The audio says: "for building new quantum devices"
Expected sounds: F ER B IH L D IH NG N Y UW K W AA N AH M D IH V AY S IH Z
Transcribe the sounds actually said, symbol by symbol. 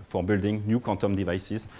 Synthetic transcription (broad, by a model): F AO B IH L D IH NG N Y UW K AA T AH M D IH V AY S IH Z